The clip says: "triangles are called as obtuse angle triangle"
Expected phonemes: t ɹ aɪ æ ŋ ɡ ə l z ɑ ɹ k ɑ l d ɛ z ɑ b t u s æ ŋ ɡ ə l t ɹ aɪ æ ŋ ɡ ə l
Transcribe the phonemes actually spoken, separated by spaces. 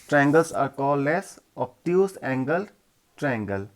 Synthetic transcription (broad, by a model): t ɹ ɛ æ ŋ ɡ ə l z ɑ ɹ k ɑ l ɛ s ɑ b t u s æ ŋ ɡ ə l t ɹ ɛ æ ŋ ɡ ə l